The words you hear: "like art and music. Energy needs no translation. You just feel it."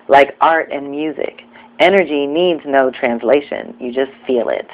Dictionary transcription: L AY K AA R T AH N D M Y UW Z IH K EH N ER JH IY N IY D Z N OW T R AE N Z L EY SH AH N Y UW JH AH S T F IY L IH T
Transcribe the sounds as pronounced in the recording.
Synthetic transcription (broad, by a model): L AY K AA R T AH N M Y UW Z IH K EH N ER JH IY N IY D Z N OW T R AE N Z L EY SH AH N Y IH JH AH S T F IY L IH T